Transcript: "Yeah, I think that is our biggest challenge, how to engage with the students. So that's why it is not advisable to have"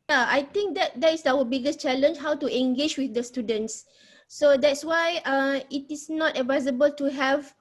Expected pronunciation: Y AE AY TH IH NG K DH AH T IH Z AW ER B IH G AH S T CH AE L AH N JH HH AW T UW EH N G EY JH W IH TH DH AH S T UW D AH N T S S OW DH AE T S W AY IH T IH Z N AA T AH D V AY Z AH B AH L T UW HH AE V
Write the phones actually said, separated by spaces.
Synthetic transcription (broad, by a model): Y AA AY T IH NG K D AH T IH S AW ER B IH G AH S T CH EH L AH N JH HH AW T UW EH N G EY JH W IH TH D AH S T UW D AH N T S S OW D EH T S W AY IH T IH S N AA T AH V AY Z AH B AH L T UW HH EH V